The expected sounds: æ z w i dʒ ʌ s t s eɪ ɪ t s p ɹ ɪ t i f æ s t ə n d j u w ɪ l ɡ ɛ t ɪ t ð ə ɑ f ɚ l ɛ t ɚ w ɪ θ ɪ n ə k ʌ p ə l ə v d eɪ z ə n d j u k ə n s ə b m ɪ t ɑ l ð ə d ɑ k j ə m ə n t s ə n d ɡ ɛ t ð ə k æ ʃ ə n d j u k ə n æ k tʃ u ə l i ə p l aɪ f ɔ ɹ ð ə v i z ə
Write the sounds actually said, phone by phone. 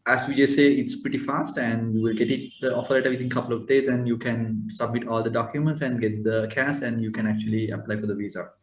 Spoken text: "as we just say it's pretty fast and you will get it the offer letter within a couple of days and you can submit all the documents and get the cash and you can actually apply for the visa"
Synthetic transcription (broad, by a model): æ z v i dʒ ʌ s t s eɪ ɪ t s p ɹ ɪ t i f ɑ s t ə n d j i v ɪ l ɡ ɛ t ɪ t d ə ɑ f ɚ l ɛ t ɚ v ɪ t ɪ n k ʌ p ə l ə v d eɪ z ə n d j u k ə n s ə b m ɪ t ɑ l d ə d ɑ k j ə m ə n t s ə n d ɡ ɛ t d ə k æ s ə n d j u k ə n æ k tʃ u ə l i ə p l aɪ f ɔ ɹ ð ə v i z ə